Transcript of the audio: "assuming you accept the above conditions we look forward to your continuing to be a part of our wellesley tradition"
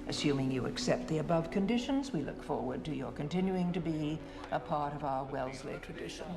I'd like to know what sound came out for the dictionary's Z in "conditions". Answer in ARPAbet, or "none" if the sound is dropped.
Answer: Z